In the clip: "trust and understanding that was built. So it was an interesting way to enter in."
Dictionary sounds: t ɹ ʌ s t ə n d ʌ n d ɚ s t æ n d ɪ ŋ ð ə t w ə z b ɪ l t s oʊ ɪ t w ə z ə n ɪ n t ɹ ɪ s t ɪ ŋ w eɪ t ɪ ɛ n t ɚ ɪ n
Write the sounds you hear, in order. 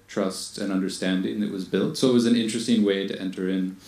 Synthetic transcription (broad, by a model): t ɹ ʌ s t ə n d ʌ n d ɚ s t æ n d ɪ ŋ ð ə t w ə z b ɪ l t s oʊ ɪ t w ə z ə n ɪ n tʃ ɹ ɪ s t ɪ ŋ w eɪ t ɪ ɛ n t ɚ ɪ n